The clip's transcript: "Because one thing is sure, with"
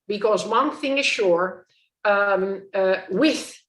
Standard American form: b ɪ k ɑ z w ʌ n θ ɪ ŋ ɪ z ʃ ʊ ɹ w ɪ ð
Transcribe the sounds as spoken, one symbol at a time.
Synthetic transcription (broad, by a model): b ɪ k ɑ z w ʌ n θ ɪ ŋ ɪ z ʃ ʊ ɹ w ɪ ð